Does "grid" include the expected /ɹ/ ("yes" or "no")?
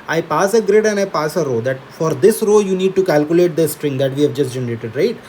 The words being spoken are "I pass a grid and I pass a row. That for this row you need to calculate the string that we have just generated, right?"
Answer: yes